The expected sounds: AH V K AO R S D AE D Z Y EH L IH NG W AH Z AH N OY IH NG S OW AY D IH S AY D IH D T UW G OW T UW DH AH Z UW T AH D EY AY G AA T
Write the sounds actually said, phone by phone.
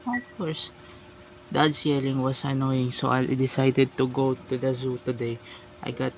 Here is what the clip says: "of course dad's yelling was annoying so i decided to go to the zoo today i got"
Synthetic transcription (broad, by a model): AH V K AO R S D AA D S Y EH L IH NG W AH S AH N OY IH NG S OW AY D IH S AY D IH D T UW G OW T UW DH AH Z UW T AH D EY AY G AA T